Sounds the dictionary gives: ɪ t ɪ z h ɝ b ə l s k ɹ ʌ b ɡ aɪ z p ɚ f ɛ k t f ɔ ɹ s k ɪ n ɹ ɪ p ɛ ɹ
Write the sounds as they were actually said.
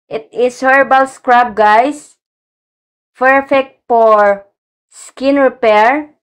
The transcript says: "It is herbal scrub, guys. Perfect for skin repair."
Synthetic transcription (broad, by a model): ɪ t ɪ s h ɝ b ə l s k ɹ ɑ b ɡ aɪ s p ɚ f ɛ k t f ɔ ɹ s k ɪ n ɹ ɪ p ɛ ɹ